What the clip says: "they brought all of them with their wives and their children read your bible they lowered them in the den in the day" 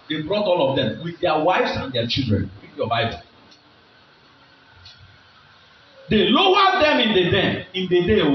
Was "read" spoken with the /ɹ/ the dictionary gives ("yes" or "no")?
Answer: no